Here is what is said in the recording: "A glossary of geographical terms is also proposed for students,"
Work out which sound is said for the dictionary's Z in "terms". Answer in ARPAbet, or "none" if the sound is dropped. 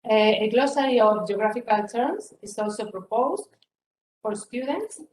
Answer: S